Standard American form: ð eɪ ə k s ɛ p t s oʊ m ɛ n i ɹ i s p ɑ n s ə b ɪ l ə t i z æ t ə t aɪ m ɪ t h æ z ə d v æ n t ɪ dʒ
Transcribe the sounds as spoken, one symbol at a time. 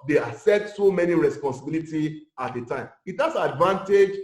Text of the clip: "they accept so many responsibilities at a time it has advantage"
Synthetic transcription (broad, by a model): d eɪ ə s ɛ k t s oʊ m ɛ n i ɹ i s p ɑ n s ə b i l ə t i ɑ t ə t aɪ m ɪ t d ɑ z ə d v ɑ n t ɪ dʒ